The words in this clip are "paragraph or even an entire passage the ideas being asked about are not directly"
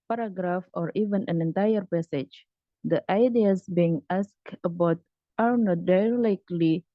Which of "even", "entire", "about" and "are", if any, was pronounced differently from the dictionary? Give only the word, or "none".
none